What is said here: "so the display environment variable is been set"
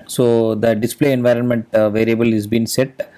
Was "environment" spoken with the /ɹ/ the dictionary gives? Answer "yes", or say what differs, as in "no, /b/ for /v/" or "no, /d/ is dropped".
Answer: yes